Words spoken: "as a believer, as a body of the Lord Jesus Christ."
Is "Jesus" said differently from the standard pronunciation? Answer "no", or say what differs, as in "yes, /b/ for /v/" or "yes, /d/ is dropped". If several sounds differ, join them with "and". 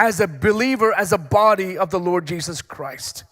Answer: no